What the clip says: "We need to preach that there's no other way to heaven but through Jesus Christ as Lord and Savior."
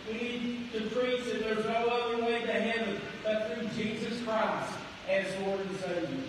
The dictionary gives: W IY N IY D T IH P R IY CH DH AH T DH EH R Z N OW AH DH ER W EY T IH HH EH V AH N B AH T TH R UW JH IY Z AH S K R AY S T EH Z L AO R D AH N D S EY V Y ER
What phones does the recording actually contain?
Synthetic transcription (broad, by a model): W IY N IY D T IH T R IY S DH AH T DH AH R Z N OW AH DH ER W EY T IH HH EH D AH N B AH T TH R UW JH IY Z AH S K R AY S T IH Z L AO R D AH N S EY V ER